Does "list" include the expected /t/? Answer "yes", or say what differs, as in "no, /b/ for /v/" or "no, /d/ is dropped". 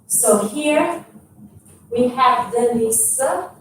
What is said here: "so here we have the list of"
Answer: no, /t/ is dropped